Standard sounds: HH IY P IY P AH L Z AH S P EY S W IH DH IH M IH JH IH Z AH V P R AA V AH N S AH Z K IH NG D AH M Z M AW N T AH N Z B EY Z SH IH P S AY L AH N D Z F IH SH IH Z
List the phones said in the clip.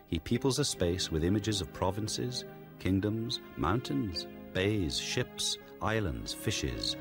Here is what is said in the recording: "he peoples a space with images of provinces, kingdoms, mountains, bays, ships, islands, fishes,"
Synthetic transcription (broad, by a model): HH IY P IY P L Z AH S P EY S W IH DH IH M IH JH IH Z AH V P R AA V AH N S AH Z K IH NG D AH M Z M AW N T AH N Z B EY Z SH IH P S AY L AH N D Z F IH SH IH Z